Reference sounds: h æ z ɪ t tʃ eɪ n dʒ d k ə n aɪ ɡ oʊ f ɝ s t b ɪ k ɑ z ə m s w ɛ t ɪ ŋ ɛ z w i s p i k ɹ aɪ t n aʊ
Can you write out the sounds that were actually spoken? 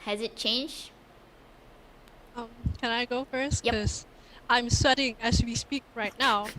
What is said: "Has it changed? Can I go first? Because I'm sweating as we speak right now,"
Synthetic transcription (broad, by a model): h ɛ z ɪ t tʃ eɪ n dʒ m k ə n aɪ ɡ oʊ f ɝ s t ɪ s ɑ ə m s w ɛ t ɪ ŋ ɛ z w i s p i k ɹ aɪ t n aʊ